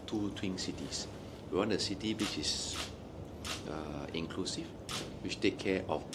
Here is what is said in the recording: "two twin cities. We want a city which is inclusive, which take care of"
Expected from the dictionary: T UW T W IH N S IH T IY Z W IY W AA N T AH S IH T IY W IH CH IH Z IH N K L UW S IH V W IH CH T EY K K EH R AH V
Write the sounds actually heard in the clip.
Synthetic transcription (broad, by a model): T UW T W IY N S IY T IY S W IY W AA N AH S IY T IY W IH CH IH S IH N K L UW S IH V W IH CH T EY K K EH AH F